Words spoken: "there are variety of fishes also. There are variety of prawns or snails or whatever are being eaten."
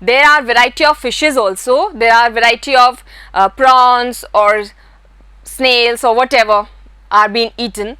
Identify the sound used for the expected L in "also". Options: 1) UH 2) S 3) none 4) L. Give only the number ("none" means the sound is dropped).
4